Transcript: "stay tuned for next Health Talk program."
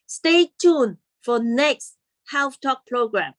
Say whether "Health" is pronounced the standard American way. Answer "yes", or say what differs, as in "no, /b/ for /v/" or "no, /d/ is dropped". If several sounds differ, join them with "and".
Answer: no, /f/ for /θ/